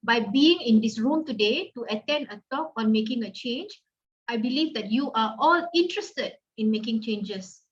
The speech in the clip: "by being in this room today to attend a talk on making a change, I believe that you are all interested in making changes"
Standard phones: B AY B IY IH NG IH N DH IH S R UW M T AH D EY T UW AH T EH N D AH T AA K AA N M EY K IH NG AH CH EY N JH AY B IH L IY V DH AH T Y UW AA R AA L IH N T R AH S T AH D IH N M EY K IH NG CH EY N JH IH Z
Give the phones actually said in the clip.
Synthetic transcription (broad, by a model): B AY B IY IH NG IH N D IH S R UW M T AH D EY T UW AH T EH N D AH T AA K AA N M EY K IH NG AH CH EY N JH AY B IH L IY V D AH T Y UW AA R AA L IH N T R AH S T AH D IH N M EY K IH NG CH EY N JH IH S